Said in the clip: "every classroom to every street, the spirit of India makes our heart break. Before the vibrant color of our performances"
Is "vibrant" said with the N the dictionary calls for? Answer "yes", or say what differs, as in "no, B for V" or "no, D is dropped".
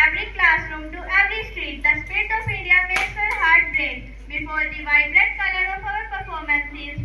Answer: no, N is dropped